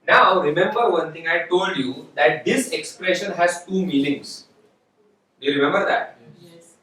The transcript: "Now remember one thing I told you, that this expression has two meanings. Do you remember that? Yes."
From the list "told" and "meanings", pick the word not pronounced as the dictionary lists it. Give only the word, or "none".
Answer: meanings